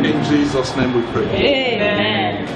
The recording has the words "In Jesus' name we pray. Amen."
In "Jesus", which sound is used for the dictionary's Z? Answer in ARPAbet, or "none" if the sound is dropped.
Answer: Z